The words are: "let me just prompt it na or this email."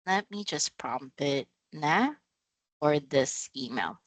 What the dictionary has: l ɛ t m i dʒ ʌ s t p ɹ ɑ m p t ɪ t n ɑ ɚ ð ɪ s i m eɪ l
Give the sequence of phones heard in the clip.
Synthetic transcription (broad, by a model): l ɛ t m i dʒ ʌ s p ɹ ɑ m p ɪ t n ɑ ɚ ð ɪ s i m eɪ l